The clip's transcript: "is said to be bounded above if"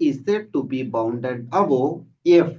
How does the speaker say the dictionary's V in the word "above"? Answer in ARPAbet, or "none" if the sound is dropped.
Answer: none